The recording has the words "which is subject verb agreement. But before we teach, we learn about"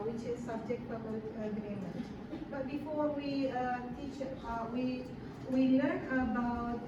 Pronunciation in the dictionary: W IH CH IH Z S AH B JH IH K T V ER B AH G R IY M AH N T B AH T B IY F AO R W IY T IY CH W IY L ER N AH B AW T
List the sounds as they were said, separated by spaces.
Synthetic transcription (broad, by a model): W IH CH IH Z S AH B JH IH K T P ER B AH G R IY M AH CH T B AH T B IY F AO R W IY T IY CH W IY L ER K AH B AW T